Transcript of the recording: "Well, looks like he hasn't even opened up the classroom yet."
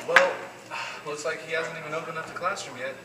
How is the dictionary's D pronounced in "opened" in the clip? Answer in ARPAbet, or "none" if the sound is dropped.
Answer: none